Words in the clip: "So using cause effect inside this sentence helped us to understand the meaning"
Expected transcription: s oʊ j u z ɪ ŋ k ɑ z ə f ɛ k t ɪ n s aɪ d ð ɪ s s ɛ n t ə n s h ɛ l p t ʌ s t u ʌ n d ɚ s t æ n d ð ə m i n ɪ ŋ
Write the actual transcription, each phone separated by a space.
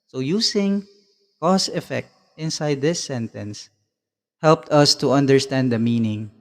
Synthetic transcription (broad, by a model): s oʊ j u s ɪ ŋ k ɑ s ə f ɛ k t ɪ n s aɪ d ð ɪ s s ɛ n t ə n s h ɛ l p t ʌ s t u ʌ n d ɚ s t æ n d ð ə m i n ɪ ŋ